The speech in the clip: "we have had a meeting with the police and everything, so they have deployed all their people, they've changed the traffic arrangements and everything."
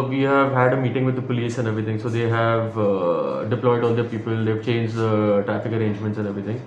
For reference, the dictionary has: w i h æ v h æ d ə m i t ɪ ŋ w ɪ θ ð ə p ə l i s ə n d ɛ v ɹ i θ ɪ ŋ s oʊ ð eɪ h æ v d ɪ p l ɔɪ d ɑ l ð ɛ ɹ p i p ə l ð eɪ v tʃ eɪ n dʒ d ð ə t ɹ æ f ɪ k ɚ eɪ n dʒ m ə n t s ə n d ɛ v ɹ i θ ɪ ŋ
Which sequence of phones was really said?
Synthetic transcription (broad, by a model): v i h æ v h æ d ə m i t ɪ ŋ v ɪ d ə p ə l i s ə n d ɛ v ɹ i t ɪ ŋ s oʊ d eɪ h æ v d ɪ p l ɔɪ d ɑ l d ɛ ɹ p i p ə l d eɪ v tʃ eɪ n dʒ d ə t ɹ æ f ɪ k ɚ eɪ n dʒ m ə n t s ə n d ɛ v ɹ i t ɪ ŋ